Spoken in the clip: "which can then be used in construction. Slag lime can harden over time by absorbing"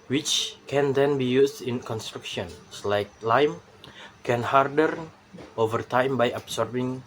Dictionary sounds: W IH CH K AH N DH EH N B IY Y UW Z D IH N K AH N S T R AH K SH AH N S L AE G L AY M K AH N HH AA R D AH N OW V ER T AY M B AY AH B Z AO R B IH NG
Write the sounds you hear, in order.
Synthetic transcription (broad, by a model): W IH CH K AH N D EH N B IY Y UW S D IH N K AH N S T R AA K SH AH N S L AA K L AY M K AH N HH AA R D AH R OW V ER T AY M B AY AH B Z AO R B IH NG